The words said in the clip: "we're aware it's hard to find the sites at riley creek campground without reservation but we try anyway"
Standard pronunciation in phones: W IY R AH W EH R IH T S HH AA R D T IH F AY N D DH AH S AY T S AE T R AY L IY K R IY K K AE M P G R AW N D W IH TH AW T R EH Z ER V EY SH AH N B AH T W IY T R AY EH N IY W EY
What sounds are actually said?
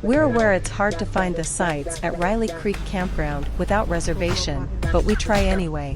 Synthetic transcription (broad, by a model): W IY R AH W EH R IH T S HH AA R D T IH F AY N DH AH S AY T S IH T R AY L IY K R IY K K AE M P G R AW N D W IH TH AW T R EH Z ER V EY SH AH N B AH T W IY T R AY EH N IY W EY